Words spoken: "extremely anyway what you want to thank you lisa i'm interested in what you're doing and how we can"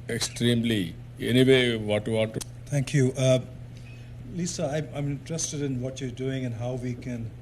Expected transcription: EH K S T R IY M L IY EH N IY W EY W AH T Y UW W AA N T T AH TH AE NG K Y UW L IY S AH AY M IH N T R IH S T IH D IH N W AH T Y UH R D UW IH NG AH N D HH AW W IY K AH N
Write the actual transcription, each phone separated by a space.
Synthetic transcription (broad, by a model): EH K S T R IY M L IY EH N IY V EY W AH T Y UW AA T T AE NG K Y UW L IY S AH AY M IH N T R IH S T IH D IH N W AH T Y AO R D UW IH NG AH N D HH AW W IY K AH N